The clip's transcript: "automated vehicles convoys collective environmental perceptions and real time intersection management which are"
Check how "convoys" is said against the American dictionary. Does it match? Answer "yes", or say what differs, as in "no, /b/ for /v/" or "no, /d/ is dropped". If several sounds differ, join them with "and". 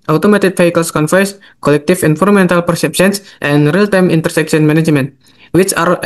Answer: no, /f/ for /v/ and /s/ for /z/